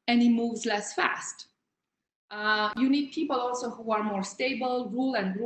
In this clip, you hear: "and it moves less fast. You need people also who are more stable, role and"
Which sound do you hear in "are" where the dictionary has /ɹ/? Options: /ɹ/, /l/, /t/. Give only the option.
/ɹ/